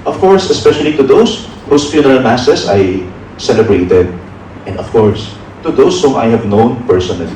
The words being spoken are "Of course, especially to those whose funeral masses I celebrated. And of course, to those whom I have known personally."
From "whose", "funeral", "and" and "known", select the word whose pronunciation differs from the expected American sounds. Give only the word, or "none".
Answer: whose